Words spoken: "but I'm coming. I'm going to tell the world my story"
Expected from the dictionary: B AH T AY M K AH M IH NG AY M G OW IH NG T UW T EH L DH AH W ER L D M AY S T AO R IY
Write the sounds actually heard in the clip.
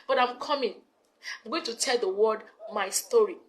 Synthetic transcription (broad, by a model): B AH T AY M K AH M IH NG AY M G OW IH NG T UW T EH L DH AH W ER D M AY S T AO R IY